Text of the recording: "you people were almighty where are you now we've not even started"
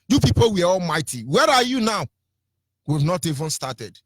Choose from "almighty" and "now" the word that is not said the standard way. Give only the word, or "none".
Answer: none